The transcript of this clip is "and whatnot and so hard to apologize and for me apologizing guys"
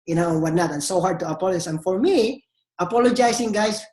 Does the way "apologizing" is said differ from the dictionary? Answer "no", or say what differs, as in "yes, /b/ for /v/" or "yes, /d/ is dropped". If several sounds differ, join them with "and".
yes, /s/ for /z/